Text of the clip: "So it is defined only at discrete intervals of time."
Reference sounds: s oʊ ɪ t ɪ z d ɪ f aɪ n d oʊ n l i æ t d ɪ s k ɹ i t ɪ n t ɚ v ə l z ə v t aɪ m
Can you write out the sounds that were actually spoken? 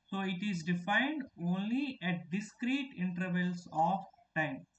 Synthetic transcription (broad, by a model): s oʊ ɪ t ɪ z d ɪ f aɪ n d oʊ n l i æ t d ɪ s k ɹ i t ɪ n t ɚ v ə l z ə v t aɪ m